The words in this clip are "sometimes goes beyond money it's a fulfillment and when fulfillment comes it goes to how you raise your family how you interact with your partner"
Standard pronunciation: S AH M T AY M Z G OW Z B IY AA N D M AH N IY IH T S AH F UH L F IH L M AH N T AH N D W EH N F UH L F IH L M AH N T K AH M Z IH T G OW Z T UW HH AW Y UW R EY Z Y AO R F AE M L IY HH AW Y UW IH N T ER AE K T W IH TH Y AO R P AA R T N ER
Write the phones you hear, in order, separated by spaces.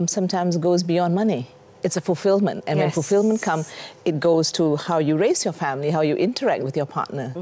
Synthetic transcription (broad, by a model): S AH M T AY M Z G OW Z B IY AA N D M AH N IY IH T S AH F UH L F IH L M AH N T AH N W EH N F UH L F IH L M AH N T K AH M IH T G OW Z T UW HH AW Y UW R EY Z Y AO F AE M L IY HH AW Y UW IH N T ER AE K T W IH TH Y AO P AA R T N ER